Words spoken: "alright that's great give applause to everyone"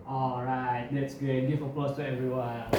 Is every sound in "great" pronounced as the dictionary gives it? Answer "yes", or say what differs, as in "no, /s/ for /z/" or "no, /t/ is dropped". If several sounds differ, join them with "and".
no, /ɹ/ is dropped